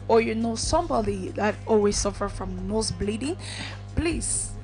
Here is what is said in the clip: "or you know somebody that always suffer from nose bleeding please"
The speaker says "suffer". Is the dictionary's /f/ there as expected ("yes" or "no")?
yes